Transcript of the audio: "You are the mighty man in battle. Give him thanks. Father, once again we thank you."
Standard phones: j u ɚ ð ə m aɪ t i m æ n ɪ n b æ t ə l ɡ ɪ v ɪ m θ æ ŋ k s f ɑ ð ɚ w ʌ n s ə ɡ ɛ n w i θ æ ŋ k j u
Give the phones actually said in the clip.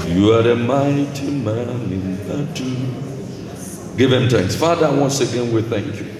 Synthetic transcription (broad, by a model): j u ɚ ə m aɪ t i m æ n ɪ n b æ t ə ɡ ɪ v ɪ m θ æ ŋ k s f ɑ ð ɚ w ʌ n s ə ɡ ɛ n w i θ æ ŋ k j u